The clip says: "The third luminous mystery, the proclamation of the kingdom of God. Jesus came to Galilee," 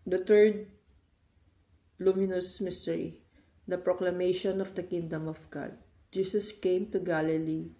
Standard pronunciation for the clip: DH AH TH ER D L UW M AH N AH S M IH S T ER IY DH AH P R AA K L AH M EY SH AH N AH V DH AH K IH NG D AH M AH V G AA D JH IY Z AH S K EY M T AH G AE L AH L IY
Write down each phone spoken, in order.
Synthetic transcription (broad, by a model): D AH T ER D L UW M AH N AH S M IH S T ER IY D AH P R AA K L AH M EY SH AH N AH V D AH K IH NG D AH M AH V G AA D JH IY S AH S K EY M T AH G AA L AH L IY